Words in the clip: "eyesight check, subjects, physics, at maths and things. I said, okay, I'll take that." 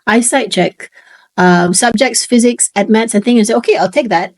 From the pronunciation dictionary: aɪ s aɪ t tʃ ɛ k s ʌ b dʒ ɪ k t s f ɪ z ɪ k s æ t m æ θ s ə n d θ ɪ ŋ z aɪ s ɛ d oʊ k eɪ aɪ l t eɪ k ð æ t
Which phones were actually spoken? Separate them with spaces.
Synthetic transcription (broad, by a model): aɪ s aɪ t tʃ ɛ k s ʌ b dʒ ɪ k t s f ɪ z ɪ k s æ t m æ t s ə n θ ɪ ŋ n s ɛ oʊ k eɪ aɪ l t eɪ k ð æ t